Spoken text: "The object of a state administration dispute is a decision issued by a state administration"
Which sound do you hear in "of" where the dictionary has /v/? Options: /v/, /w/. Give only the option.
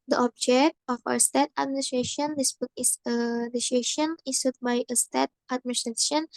/w/